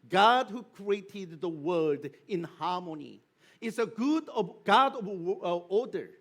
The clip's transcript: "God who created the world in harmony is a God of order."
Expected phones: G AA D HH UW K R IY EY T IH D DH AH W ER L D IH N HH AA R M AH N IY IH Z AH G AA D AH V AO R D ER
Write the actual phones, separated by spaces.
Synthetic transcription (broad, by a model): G AA D HH UW K R IY EY T IH D DH AH W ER D IH N HH AA R M AH N IY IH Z AH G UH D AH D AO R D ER